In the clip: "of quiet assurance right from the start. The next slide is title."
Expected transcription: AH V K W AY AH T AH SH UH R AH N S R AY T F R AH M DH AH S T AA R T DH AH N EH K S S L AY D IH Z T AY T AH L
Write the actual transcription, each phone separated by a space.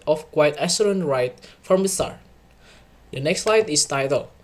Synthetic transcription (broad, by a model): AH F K W AY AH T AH S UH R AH N R AY T F R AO M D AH S T AA R T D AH N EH K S S L AY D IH S T AY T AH L